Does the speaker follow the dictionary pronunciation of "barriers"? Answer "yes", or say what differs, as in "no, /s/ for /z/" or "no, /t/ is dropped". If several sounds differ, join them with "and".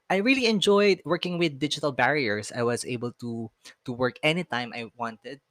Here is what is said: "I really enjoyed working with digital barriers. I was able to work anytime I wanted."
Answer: no, /s/ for /z/